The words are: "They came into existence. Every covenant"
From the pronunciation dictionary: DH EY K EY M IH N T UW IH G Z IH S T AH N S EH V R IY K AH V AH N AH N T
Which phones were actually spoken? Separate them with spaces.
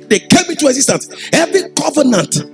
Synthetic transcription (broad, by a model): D EY K EY M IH T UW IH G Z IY S T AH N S EH V R IY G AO V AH N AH N T